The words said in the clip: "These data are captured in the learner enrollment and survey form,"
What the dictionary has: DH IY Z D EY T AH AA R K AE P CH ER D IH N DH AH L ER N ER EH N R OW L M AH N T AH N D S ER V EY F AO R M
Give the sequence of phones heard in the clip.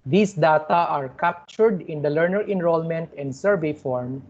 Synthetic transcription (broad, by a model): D IY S D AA T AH AA R K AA P CH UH D IH N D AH L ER N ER EH N R OW L M AH N T AH N D S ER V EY F AO R M